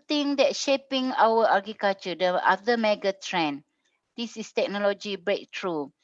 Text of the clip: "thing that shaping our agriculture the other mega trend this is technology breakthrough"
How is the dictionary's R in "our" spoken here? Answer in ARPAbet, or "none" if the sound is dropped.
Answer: W